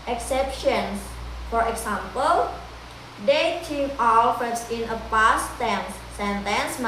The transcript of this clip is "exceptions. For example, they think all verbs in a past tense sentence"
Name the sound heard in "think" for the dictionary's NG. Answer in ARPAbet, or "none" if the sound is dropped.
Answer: none